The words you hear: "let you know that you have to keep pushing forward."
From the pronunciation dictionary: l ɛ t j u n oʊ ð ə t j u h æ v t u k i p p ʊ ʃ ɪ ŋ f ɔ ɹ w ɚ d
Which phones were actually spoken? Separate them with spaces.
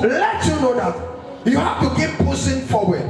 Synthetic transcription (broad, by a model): l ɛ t j u n oʊ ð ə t j u h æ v t u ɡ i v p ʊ s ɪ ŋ f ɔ w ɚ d